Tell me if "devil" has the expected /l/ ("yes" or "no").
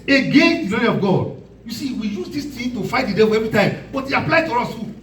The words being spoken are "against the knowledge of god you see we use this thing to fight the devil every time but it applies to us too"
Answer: no